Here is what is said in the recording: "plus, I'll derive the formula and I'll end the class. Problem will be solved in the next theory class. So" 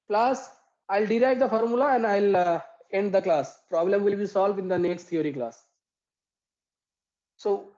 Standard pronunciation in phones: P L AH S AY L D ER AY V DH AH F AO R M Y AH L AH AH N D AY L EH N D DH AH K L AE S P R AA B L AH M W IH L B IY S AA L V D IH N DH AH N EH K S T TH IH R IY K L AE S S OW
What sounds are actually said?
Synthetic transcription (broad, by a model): P L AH S AY L D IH AY V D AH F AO R M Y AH L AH AH N D AY L EH N D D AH K L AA S P R AA B L AH M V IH L B IY S AA L V D IH N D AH N EH K S T T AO R IY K L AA S S OW